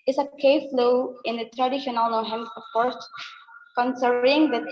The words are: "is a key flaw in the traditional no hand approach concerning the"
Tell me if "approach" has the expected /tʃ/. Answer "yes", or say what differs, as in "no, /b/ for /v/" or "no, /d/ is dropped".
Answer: no, /s/ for /tʃ/